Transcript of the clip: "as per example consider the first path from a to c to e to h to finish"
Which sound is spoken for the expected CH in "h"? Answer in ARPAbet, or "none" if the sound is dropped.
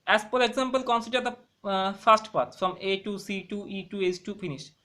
S